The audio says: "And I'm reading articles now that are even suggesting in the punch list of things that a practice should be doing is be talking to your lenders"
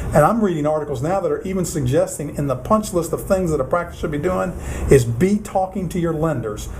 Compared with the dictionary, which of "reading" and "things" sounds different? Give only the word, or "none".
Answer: none